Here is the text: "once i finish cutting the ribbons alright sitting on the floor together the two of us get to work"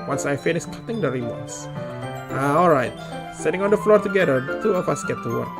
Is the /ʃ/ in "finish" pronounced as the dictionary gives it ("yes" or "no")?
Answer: no